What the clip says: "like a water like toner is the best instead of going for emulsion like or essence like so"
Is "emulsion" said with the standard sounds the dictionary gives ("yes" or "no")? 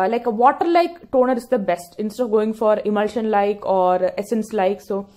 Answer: yes